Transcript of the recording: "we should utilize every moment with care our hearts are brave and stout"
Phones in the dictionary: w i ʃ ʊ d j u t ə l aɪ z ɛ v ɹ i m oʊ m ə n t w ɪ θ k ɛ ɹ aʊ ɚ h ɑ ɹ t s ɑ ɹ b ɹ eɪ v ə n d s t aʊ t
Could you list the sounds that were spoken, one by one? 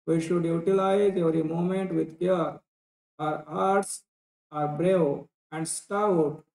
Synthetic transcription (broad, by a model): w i ʃ ʊ d j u t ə l aɪ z ɛ v ɹ i m oʊ m ə n t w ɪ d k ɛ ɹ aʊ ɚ h ɑ ɹ t s ɑ ɹ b ɹ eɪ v ə n d s t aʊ t